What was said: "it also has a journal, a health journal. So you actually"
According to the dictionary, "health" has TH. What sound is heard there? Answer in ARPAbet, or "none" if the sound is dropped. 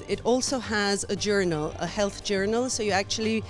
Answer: TH